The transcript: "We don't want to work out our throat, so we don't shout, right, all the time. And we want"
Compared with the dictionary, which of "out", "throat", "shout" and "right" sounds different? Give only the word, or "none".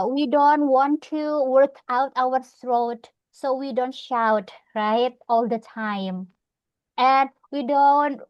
throat